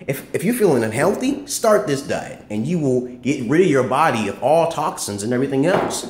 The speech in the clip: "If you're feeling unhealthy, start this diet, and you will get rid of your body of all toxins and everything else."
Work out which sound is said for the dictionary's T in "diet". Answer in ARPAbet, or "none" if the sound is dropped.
none